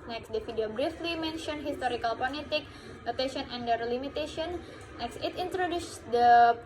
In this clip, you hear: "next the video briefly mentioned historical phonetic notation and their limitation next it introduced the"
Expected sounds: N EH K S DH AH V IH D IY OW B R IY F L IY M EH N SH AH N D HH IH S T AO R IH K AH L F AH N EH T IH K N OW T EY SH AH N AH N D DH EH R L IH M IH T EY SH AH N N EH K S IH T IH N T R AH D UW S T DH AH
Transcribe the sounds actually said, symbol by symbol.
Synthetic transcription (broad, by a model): N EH K S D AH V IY D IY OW B R IY F L IY M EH N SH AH N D HH IH S T AO R IH K AH L P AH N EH T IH K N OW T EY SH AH N AH N D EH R L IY M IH T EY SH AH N N EH K S IH T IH N T R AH D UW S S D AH